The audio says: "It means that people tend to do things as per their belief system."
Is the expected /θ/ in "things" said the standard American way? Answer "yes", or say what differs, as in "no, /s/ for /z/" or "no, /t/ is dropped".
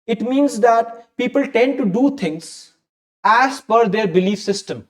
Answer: no, /t/ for /θ/